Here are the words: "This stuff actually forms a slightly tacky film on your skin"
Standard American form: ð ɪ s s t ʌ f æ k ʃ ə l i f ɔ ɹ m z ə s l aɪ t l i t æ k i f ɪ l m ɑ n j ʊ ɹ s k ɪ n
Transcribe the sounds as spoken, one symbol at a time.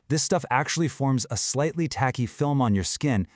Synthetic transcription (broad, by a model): ð ɪ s s t ʌ f æ k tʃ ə l i f ɔ ɹ m z ə s l aɪ t l i t æ k i f ɪ l m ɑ n j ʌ ɹ s k ɪ n